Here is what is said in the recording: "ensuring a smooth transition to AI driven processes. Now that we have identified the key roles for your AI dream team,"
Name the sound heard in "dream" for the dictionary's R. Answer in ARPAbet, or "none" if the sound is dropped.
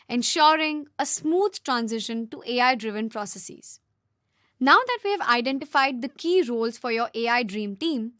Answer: R